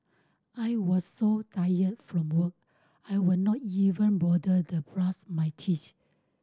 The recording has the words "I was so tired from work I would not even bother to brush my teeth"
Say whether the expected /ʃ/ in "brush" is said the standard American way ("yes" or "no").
no